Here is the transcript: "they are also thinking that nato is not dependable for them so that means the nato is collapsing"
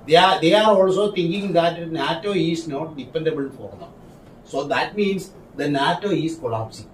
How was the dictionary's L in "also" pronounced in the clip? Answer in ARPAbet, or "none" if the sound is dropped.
L